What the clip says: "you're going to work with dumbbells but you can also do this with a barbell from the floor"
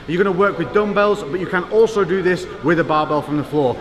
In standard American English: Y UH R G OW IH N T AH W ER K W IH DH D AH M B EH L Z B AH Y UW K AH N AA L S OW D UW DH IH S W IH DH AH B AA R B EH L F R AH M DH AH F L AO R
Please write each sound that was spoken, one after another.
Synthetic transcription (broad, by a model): Y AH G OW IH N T AH W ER K W IH DH D AH M B EH L Z B AH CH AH K AH N AA L S OW D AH DH IH S W IH DH AH B AA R B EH L F R AH M DH AH F L AO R